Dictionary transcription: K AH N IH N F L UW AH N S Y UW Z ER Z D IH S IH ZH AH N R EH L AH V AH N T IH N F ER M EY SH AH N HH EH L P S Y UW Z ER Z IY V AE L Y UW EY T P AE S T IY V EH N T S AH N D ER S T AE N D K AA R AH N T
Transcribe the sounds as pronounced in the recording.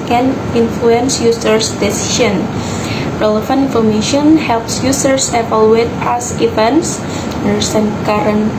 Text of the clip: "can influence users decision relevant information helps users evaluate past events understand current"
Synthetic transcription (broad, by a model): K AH N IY N F L UW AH N S Y UW S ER S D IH S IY SH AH N R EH L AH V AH N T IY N F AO M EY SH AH N HH EH L P S Y UW S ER S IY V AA L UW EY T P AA S IY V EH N S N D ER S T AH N K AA R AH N